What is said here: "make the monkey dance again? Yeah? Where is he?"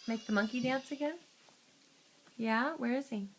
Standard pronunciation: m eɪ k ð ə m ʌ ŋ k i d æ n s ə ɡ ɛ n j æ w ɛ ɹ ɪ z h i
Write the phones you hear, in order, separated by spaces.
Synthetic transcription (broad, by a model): m eɪ k ð ə m ʌ ŋ k i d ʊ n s ə ɡ ɛ n j æ w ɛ ɹ ɪ z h i